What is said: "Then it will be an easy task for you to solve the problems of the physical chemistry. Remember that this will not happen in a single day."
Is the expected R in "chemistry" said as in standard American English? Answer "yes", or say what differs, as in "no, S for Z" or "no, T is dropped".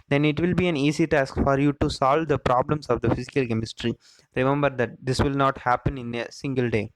yes